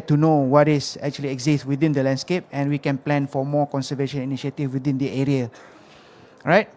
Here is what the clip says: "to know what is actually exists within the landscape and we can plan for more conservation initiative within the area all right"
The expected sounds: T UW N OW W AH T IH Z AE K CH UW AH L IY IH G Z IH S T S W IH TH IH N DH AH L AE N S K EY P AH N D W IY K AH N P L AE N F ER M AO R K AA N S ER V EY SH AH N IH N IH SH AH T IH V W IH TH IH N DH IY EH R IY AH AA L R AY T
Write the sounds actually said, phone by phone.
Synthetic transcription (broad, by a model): T UW N OW W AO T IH S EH K CH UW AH L IY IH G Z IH S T W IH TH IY N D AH L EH N S K EY P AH N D W IY K AH N P L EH N F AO M AO K AA N S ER V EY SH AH N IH N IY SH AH T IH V W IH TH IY N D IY EH R IY AH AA R AY T